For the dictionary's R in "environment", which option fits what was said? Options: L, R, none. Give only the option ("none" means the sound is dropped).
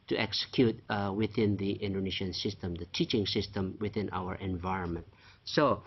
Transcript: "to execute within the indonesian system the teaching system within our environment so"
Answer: R